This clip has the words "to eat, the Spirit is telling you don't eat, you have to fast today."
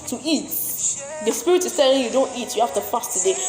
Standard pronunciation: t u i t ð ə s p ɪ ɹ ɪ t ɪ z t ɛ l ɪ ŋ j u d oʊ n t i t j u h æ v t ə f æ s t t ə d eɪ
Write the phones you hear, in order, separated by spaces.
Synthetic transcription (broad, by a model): t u i t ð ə s p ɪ ɹ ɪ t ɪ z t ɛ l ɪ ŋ j u d oʊ n t i t j u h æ f t ə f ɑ s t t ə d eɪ